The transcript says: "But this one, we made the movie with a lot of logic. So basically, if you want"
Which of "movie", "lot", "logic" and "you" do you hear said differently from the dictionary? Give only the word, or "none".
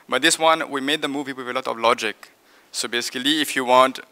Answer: none